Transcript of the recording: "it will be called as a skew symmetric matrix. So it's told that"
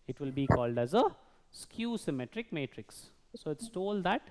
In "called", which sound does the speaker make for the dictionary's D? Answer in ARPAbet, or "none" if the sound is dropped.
D